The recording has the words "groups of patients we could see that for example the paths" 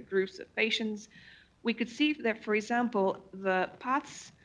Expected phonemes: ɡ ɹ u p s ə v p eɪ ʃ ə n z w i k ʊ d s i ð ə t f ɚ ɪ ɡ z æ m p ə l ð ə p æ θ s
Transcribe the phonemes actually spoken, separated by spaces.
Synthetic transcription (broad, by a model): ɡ ɹ u p s ə v p eɪ ʃ ə n z w i k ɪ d s i ð ə t f ɚ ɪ ɡ z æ m p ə l ð ə p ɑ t s